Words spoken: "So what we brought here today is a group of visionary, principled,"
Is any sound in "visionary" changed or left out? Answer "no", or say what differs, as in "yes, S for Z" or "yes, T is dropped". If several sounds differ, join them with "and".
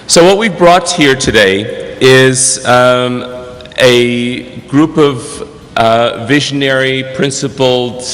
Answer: no